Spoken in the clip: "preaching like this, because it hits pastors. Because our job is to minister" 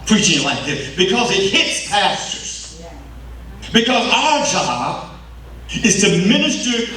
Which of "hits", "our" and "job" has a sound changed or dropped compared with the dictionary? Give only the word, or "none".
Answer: none